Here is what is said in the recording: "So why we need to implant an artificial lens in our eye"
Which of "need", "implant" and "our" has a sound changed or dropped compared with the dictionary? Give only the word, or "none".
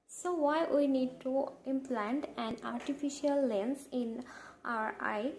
none